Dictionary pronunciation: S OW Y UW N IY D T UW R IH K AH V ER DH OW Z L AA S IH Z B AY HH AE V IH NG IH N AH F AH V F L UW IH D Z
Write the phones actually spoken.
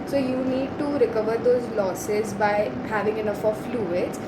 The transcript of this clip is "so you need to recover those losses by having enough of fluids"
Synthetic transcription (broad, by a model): S OW Y UW N IY D T UW R IH K AH V ER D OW Z L AA S IH Z B AY HH AE V IH NG IH N AH F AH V F L UW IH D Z